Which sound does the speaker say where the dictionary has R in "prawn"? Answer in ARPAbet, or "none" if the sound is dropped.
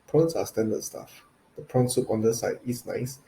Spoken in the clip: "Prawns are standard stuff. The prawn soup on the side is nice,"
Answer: R